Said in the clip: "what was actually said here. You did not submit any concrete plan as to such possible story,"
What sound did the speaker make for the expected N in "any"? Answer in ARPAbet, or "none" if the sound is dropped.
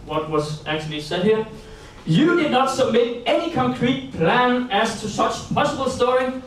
N